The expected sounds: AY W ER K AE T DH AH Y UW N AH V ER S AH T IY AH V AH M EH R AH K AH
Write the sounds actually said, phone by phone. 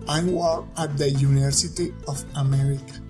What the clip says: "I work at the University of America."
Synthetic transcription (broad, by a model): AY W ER AA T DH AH Y UW N AH V ER S AH T IY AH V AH M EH R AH K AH